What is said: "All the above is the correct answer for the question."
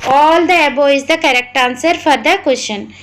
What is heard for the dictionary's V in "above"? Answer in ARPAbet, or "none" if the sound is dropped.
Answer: none